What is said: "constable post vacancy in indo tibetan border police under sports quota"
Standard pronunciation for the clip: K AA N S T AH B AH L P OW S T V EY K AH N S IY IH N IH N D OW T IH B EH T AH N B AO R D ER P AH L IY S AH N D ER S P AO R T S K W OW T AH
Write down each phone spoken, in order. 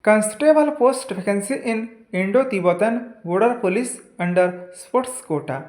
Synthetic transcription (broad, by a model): K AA N S T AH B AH L P OW S T P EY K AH N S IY IH N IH N D OW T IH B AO T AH N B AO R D P AH L IY S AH N D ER S P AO T S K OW T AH